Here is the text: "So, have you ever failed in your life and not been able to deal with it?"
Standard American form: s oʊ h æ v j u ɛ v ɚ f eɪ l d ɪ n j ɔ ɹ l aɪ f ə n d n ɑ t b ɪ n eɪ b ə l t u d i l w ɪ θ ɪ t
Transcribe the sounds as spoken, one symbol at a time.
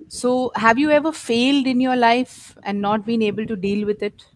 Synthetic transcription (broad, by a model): s oʊ h æ v j u ɛ v ɚ f eɪ l d ɪ n j ɔ ɹ l aɪ f ə n d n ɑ t b ɪ n eɪ b ə l t u d i l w ɪ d ɪ t